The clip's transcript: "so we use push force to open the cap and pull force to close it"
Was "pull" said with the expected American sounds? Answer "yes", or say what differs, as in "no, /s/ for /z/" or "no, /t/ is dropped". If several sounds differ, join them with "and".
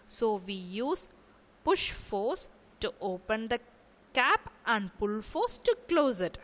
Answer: yes